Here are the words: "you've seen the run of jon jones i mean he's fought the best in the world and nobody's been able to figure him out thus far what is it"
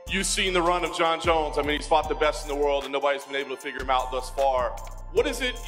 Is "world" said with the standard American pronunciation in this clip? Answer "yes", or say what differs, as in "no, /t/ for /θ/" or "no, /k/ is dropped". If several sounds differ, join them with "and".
yes